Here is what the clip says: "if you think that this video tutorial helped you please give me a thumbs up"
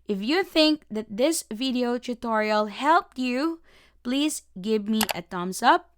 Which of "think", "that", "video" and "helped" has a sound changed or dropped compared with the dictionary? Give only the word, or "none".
none